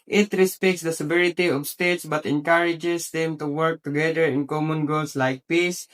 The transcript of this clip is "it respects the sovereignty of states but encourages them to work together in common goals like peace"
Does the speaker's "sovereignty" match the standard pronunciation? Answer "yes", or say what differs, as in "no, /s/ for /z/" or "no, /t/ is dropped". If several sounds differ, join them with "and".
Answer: no, /n/ is dropped